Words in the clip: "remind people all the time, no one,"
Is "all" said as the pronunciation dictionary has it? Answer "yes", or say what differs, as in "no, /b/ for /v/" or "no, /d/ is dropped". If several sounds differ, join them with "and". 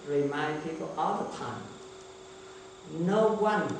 yes